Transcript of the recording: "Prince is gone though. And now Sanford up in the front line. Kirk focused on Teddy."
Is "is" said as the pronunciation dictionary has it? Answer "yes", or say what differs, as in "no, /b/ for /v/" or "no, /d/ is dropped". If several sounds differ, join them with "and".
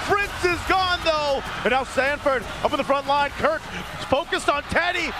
yes